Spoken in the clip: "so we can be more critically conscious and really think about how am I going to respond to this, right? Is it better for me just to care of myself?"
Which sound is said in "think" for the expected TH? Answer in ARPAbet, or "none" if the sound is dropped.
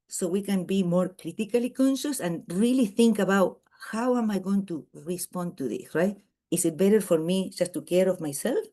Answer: TH